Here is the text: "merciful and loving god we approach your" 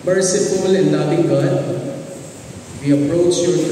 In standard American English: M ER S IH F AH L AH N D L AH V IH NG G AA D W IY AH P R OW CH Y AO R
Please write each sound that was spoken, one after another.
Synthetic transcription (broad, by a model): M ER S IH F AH L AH N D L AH B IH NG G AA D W IY AH P R OW CH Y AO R